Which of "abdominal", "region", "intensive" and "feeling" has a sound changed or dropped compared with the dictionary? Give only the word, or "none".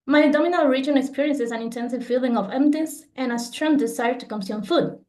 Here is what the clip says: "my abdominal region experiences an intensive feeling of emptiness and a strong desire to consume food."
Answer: abdominal